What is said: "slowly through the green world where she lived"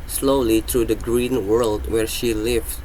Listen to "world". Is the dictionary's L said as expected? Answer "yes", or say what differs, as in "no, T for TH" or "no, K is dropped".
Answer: yes